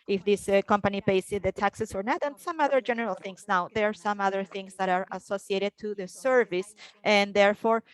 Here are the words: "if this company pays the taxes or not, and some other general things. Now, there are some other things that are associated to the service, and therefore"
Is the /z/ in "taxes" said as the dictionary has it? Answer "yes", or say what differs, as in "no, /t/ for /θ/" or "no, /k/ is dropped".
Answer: no, /s/ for /z/